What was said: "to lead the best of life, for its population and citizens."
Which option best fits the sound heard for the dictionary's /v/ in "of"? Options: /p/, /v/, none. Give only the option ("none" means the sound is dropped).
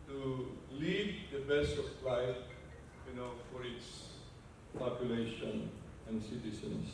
/p/